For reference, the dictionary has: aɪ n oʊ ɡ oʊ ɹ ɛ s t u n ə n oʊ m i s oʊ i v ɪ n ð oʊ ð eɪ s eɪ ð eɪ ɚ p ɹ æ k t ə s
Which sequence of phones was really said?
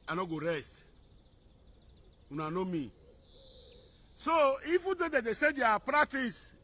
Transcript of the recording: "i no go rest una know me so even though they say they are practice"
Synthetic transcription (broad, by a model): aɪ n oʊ ɡ oʊ ɹ ɛ s t u n ə n oʊ m i s oʊ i f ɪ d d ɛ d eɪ s eɪ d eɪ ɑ p ɹ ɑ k t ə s